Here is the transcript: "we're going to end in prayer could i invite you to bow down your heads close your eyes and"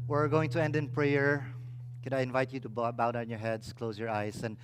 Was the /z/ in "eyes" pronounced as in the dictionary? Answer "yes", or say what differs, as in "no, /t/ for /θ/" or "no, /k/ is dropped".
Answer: no, /s/ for /z/